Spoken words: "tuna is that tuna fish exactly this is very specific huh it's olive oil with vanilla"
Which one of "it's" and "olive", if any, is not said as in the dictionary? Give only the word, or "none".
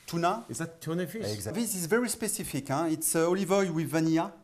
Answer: none